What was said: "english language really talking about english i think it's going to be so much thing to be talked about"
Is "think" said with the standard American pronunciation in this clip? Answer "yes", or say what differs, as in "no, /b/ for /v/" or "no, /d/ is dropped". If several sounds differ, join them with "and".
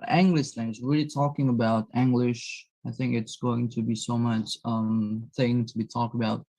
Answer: yes